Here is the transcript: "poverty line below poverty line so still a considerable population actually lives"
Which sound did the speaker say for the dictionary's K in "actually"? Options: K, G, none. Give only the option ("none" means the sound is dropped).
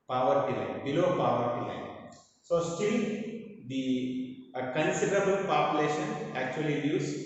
K